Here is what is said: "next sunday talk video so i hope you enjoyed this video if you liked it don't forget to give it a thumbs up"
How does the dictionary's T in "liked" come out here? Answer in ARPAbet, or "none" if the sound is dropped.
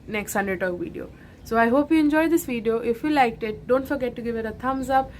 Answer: T